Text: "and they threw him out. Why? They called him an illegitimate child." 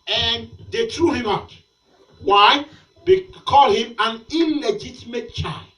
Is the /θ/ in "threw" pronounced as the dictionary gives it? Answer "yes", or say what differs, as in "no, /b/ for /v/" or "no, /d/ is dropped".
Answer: no, /t/ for /θ/